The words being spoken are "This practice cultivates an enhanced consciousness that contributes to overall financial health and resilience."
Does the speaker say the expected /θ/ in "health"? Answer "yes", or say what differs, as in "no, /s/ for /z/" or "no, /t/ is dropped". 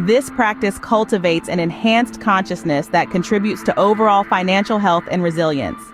yes